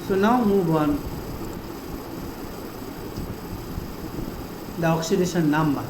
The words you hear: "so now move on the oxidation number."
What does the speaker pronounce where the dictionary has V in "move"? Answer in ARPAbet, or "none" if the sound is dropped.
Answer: B